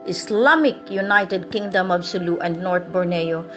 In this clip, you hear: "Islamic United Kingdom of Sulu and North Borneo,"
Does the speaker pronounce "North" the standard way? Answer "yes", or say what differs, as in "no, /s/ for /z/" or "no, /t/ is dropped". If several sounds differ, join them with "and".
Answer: no, /t/ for /θ/